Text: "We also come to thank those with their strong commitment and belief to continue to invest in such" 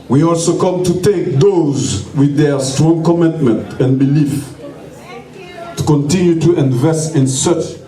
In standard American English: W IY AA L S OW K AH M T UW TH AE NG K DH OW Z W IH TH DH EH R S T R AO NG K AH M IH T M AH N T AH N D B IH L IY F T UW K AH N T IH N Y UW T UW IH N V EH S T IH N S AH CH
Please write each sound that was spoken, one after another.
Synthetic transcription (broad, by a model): W IY AA L S OW K AH M T UW T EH K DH OW Z W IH DH EH R S T R AO NG K AH M IH T M AH N T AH N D B IH L IY F T UW K AH N T IH N Y UW T UW IH N V EH S T IH N S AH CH